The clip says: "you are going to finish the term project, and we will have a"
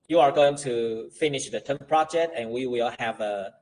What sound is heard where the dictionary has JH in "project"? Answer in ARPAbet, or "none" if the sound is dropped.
JH